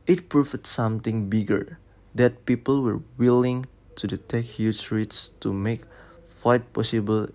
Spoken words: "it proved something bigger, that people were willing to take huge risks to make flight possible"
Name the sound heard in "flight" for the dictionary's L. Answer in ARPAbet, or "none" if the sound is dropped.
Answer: none